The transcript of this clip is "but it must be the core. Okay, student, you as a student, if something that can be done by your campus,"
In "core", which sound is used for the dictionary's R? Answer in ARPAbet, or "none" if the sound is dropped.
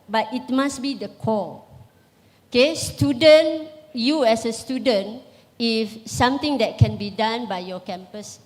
L